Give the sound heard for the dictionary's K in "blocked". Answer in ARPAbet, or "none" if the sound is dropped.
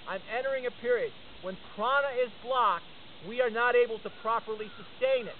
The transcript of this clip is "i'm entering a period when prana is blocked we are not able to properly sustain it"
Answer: K